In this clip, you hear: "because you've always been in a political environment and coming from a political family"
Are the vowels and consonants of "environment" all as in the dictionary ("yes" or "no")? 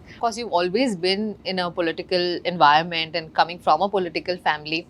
yes